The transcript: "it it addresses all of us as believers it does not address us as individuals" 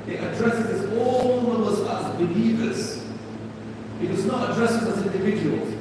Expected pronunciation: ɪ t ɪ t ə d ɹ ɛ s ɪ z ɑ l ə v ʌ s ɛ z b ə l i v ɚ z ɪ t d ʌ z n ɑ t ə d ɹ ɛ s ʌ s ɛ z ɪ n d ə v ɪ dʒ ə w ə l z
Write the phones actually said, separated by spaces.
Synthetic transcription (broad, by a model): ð ɪ t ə d ɹ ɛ s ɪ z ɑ l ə w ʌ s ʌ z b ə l i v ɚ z ɪ t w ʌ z n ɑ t ə d ɹ ɛ s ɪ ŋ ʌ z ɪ n d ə v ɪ dʒ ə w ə l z